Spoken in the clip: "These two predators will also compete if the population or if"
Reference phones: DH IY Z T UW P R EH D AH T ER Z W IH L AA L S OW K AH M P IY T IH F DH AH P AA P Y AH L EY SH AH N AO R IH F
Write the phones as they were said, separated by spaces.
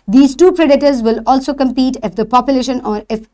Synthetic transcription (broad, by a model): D IY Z T UW P R EH D AH T ER Z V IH L AA L S OW K AH M P IY T IH F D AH P AA P Y AH L EY SH AH N AO R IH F